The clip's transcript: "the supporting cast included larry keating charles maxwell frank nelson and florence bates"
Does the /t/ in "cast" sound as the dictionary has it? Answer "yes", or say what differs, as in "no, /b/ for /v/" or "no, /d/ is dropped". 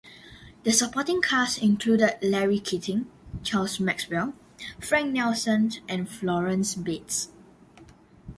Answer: no, /t/ is dropped